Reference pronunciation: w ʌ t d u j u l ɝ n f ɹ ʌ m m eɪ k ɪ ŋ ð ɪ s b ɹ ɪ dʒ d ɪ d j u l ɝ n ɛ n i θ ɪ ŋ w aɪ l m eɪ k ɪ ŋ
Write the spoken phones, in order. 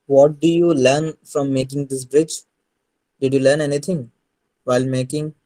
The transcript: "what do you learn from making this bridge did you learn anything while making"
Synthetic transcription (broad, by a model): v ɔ t d u j u l ɝ n f ɹ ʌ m m eɪ k ɪ ŋ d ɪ s b ɹ ɪ dʒ d ɪ d j u l ɝ n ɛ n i t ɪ ŋ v aɪ l m eɪ k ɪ ŋ